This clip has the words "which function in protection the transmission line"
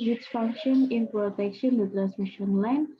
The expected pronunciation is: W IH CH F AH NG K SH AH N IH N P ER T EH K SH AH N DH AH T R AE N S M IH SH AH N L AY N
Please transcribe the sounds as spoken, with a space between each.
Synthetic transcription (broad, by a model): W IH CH F AH NG K SH AH N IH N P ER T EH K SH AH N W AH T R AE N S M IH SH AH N L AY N